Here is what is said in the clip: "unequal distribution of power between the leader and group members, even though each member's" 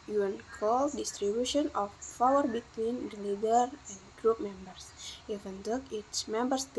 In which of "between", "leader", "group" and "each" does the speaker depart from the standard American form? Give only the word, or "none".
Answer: each